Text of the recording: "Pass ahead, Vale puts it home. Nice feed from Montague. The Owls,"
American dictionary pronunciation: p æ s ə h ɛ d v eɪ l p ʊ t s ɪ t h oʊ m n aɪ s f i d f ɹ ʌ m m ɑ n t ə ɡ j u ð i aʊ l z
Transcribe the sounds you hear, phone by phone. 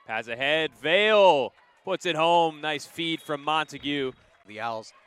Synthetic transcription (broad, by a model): p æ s ə h ɛ d v eɪ l p ʊ t s ɪ t h oʊ m n aɪ s f i d f ɹ ʌ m m ɑ n t ə ɡ j u ð i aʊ l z